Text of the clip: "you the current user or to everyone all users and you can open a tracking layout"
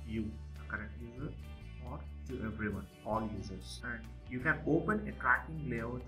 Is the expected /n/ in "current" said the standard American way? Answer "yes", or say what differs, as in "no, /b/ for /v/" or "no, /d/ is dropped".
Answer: no, /n/ is dropped